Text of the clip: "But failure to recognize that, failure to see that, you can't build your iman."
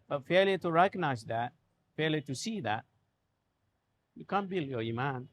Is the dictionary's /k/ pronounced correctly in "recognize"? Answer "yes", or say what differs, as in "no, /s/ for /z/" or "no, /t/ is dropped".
no, /k/ is dropped